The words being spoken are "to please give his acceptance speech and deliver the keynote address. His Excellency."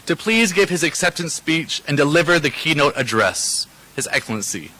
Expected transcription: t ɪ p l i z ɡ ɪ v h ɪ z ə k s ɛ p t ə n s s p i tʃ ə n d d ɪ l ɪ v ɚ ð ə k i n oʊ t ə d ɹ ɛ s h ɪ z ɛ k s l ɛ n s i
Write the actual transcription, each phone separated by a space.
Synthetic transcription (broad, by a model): t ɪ p l i z ɡ ɪ v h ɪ z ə k s ɛ p t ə n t s p i tʃ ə n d d ɪ l ɪ v ɚ ð ə k i n oʊ t ə d ɹ ɛ s h ɪ z ɛ k s l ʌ n s i